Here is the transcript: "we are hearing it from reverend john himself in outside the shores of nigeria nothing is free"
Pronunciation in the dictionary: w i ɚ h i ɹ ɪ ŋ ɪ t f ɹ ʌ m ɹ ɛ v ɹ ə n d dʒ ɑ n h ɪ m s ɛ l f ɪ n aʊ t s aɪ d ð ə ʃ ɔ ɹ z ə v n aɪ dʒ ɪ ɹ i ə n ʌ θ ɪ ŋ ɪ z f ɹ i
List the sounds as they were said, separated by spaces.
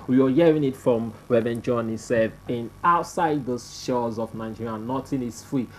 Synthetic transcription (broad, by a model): w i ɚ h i ɹ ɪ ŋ ɪ t f ɹ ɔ m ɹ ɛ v ə n dʒ ɑ n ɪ s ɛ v ɪ n aʊ t s aɪ d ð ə ʃ ɔ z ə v n aɪ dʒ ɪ ɹ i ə n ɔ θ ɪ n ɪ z f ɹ i